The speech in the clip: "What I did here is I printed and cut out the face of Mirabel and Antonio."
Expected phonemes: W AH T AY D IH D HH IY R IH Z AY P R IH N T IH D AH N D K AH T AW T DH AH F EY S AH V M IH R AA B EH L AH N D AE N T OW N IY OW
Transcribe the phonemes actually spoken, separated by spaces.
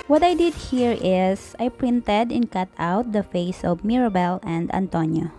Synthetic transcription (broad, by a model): W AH T AY D IH D HH IY R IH S AY P R IH N T IH D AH N K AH T AW T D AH F EY S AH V M IH R AA B EH L AH N D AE N T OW N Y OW